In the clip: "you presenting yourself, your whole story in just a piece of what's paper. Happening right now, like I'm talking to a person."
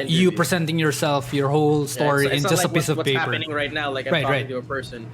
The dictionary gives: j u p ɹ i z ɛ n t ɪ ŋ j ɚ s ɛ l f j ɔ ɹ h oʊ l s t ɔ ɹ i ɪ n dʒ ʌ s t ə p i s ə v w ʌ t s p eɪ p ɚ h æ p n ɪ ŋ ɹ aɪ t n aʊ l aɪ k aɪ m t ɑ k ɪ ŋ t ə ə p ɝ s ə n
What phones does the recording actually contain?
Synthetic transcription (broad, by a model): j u p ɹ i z ɛ n t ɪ ŋ j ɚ s ɛ l f j ɔ ɹ h oʊ l s t ɔ ɹ i ɪ n dʒ ʌ s t ə p i s ə v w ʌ p eɪ p ɚ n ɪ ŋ ɹ aɪ t n aʊ l aɪ k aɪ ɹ ɑ ɪ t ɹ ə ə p ɝ s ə n